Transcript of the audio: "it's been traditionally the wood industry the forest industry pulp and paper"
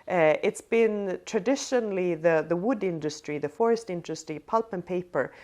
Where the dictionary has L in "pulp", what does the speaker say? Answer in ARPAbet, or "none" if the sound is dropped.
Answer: L